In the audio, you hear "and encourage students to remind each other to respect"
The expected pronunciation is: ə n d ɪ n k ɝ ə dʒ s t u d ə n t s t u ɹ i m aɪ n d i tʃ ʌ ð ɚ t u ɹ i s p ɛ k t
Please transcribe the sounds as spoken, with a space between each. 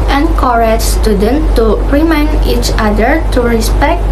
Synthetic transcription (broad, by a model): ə n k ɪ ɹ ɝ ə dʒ s t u d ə n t t u ɹ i m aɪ n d i tʃ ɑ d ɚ t u ɹ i s p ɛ k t